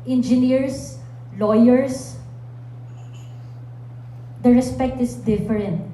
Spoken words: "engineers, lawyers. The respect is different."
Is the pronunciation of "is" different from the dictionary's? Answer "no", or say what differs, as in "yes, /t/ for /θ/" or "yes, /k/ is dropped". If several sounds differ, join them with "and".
yes, /s/ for /z/